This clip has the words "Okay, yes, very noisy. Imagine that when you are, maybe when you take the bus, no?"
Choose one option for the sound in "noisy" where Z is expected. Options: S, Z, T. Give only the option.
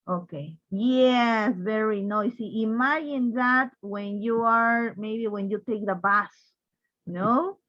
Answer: S